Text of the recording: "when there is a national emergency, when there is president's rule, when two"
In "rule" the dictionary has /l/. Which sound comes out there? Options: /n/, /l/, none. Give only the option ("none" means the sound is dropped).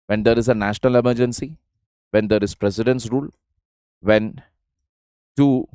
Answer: /l/